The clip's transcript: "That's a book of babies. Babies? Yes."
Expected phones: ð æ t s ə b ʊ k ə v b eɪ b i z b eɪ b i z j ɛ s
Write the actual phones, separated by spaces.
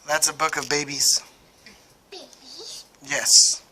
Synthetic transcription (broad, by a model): ð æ t s ə b ʊ k ə v b eɪ i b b i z j ɛ s